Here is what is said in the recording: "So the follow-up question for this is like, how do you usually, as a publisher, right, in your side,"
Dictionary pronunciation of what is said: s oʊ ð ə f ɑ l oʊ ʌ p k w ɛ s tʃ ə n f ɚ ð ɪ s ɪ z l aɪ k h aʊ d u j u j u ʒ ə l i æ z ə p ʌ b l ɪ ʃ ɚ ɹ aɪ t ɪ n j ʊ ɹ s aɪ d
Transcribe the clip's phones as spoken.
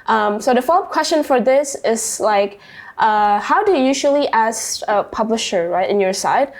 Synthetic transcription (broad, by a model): s oʊ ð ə f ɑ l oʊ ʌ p k w ɛ s tʃ ə n f ɚ ð ɪ s ɪ z l aɪ k h aʊ d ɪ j j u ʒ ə l i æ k ə p ʌ b l ɪ ʃ ɚ ɹ aɪ t ɪ n j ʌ ɹ s aɪ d